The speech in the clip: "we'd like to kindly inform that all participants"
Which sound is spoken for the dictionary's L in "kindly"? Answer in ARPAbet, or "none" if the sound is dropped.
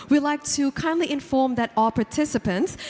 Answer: L